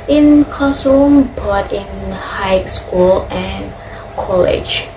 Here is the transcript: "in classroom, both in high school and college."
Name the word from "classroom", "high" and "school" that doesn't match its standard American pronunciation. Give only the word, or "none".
classroom